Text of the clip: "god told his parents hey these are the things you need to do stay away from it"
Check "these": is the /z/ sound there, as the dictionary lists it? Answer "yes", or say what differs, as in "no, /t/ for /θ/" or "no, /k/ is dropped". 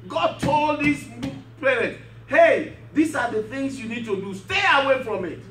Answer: no, /s/ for /z/